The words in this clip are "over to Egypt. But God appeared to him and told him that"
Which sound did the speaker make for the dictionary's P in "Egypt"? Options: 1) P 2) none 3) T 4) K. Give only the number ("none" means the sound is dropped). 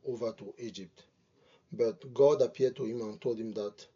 1